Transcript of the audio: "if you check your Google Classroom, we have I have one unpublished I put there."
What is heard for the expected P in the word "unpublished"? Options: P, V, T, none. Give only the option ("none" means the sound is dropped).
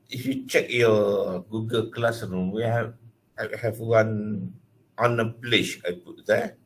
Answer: none